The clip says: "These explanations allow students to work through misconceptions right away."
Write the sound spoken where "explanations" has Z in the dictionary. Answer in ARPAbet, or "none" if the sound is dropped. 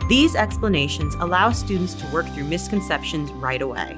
Z